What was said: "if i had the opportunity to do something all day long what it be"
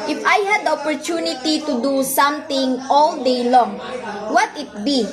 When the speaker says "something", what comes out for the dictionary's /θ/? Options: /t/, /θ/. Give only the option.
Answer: /t/